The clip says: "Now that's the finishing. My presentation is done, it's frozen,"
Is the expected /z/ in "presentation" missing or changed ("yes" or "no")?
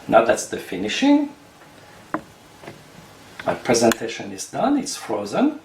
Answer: no